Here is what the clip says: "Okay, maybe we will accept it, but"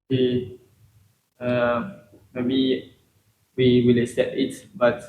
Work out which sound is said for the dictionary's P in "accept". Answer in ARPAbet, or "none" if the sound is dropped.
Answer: none